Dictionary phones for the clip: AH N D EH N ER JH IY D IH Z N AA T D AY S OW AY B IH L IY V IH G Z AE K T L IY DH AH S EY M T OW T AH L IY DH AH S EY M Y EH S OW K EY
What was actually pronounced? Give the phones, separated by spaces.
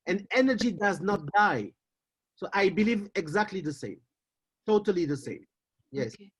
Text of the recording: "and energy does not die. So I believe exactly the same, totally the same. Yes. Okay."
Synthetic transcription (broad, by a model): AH N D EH N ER JH IY D IH Z N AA T D AY S OW AY B IH L IY V IH G Z AE K T L IY DH AH S EY M T OW T AH L IY DH AH S EY M Y EH S